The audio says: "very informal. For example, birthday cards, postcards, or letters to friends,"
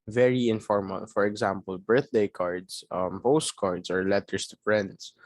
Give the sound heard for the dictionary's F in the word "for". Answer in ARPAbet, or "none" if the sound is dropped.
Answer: F